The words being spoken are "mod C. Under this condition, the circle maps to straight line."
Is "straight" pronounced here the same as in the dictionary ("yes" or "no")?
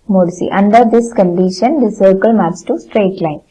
yes